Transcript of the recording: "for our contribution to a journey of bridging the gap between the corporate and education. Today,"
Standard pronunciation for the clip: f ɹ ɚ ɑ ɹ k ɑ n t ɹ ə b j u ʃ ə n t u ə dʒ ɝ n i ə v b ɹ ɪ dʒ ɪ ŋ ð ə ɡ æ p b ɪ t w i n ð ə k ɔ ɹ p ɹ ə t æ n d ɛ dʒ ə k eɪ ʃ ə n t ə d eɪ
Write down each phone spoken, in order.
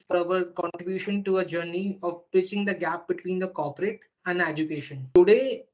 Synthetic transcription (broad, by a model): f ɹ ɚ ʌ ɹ k ɑ n t ɹ ə b j u ʃ ə n t u ə dʒ ɝ n i ə v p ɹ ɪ tʃ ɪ ŋ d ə ɡ æ p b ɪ t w i n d ə k ɔ ɹ p ɹ ə t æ n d ɛ dʒ ə k eɪ ʃ ə n t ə d eɪ